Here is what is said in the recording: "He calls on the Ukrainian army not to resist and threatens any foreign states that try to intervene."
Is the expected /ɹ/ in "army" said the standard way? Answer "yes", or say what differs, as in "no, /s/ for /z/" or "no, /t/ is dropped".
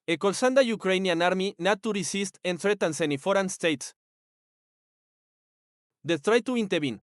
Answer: yes